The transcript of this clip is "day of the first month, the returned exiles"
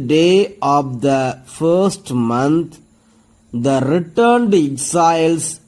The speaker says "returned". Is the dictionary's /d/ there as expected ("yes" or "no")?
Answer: yes